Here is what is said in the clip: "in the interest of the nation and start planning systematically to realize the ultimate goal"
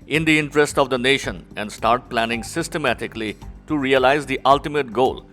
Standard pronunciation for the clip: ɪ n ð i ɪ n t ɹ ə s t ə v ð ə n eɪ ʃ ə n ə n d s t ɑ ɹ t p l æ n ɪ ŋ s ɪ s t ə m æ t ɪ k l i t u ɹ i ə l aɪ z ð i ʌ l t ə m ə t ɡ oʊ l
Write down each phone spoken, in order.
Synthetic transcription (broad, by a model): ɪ n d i ɪ n t ɹ ə s t ə v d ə n eɪ ʃ ə n ə n d s t ɑ ɹ t p l æ n ɪ ŋ s ɪ s t ə m æ t ɪ k l i t u ɹ i ə l aɪ z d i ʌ l t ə m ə t ɡ oʊ l